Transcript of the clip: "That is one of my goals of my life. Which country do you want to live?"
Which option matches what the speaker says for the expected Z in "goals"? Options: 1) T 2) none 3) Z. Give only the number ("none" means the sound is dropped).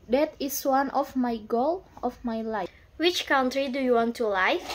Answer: 2